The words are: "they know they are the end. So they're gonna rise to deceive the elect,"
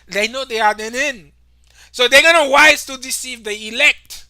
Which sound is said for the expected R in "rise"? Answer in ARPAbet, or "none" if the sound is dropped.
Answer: W